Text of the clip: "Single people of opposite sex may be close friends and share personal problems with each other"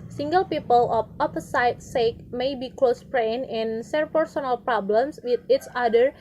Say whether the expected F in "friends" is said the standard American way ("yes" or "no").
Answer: no